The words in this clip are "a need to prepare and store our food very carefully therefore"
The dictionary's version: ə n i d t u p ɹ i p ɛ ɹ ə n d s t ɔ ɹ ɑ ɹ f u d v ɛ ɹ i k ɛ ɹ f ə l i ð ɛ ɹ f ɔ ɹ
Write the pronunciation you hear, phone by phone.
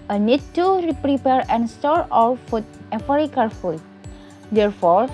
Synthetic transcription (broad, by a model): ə n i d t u p ɹ i p ɛ ɹ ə n s t ɔ ɹ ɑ l f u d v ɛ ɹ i k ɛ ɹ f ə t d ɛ ɹ f ɔ ɹ